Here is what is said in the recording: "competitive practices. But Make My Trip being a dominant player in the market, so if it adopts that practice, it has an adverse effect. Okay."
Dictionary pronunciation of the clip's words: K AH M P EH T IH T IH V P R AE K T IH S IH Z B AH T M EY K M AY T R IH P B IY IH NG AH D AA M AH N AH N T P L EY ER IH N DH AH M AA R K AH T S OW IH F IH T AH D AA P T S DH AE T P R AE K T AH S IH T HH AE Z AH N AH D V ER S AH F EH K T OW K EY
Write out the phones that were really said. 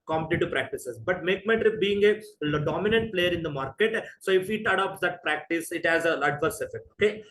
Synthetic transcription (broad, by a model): K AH M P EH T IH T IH P R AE K T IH S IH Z B AH T M EY K M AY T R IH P B IY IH NG AH D AA M AH N AH N T P L EY ER IH N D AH M AA R K AH T S OW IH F IH T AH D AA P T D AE T P R AE K T AH S IH T HH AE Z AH L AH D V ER S AH F EH K T OW K EY